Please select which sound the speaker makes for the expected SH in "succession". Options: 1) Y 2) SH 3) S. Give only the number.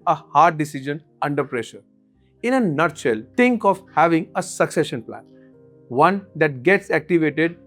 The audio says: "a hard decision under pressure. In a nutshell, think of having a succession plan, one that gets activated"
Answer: 2